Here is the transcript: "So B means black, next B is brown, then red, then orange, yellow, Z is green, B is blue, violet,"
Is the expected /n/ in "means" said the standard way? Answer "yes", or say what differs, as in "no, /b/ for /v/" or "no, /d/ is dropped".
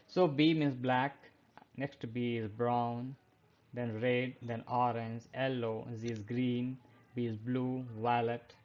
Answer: no, /n/ is dropped